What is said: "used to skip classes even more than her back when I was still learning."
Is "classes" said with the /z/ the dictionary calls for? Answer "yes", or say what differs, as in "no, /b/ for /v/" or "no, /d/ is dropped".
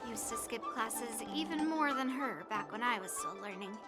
yes